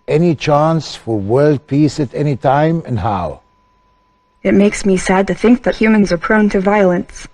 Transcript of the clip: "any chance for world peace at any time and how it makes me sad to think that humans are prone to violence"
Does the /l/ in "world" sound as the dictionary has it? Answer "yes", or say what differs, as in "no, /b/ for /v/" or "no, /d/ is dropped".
yes